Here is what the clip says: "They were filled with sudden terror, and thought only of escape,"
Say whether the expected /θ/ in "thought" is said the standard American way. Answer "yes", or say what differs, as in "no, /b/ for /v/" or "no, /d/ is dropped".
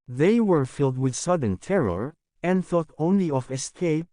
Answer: yes